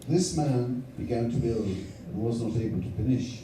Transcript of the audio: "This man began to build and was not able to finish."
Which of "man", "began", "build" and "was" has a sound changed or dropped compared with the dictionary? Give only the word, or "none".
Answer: none